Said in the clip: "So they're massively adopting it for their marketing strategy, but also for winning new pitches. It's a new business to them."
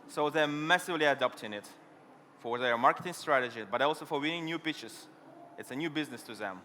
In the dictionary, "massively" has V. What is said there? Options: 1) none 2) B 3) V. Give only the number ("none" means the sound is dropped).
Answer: 3